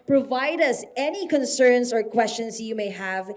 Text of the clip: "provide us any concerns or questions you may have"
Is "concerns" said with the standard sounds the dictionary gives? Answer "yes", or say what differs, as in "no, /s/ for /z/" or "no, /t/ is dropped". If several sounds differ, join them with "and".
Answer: no, /s/ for /z/